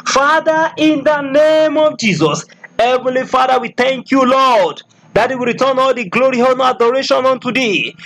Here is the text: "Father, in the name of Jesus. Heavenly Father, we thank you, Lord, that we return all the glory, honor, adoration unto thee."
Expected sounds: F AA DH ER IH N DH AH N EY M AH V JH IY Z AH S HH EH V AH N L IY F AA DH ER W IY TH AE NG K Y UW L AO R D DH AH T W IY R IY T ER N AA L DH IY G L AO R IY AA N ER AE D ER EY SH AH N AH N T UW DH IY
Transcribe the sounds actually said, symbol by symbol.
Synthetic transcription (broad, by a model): F AA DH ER IH N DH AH N EY M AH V JH IY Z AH S HH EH V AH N L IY F AA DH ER W IY TH AE NG K Y UW L AO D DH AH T W IY R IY T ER N AA L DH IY G L AO R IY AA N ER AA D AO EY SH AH N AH N T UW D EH